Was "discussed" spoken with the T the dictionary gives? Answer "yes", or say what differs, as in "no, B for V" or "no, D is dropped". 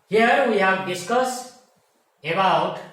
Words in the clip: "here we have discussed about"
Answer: no, T is dropped